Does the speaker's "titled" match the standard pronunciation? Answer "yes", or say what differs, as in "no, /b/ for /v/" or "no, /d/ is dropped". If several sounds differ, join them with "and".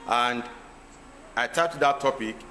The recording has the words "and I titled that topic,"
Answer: no, /l/ is dropped